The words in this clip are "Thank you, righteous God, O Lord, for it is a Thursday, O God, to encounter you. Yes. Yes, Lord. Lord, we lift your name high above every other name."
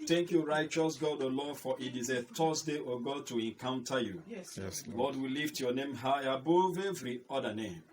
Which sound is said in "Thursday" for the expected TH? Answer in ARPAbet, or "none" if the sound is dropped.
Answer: T